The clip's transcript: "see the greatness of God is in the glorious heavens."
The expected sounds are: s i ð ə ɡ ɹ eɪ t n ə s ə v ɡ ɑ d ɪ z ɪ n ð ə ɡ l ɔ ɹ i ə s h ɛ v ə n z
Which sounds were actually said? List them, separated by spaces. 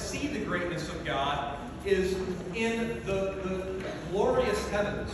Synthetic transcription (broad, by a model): s i ð ə ɡ ɹ eɪ t n ə s ə v ɡ ɑ d ɪ z ɪ n ð ə ɡ l ɔ ɹ i ə s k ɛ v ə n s